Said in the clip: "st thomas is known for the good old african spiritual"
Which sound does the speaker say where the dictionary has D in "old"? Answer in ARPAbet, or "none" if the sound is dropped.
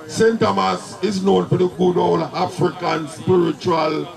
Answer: none